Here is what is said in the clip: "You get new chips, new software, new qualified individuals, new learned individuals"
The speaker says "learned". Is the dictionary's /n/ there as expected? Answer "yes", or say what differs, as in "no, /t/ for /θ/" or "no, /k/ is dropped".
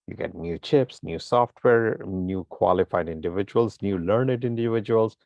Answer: yes